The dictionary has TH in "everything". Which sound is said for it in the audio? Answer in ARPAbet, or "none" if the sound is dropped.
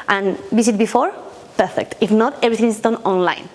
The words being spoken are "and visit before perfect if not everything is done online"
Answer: T